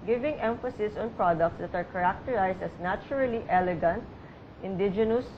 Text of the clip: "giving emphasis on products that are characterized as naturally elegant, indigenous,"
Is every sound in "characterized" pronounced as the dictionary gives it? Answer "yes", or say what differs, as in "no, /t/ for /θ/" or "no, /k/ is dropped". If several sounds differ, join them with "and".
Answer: no, /s/ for /z/